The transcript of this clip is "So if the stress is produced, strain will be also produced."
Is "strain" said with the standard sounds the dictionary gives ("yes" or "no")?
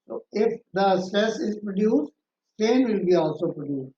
no